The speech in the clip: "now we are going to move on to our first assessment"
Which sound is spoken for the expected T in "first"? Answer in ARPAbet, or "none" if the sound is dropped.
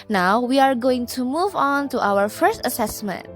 T